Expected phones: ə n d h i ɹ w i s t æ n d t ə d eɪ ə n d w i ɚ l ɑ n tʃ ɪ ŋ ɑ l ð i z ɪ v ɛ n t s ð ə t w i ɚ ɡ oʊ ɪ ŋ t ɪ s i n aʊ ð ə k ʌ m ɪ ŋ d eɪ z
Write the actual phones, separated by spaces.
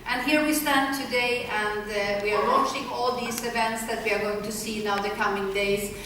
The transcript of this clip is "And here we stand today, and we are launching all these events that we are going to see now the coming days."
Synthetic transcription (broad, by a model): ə n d h i ɹ w i s t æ n t ə d eɪ ə n d w i ɚ w ɑ tʃ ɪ ŋ ɑ l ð i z ɪ v ɛ n t s ð ə t w i ɚ ɡ oʊ ɪ ŋ t ɪ s i n aʊ ð ə k ʌ m ɪ ŋ d eɪ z